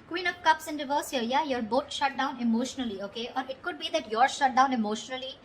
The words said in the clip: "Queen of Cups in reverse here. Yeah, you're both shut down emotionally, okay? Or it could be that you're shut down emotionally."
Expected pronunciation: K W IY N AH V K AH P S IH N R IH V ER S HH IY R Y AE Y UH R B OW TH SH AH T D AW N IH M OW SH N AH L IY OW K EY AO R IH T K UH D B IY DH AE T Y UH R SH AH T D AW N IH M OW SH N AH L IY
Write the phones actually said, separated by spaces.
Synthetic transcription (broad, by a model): K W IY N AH P K AH P S IH N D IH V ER S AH Y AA Y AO R B OW T SH AH T D AW N IH M OW SH N AH L IY OW K EY AO R IH T K UH D B IY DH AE T Y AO R SH AH T D AW N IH M OW SH N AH L IY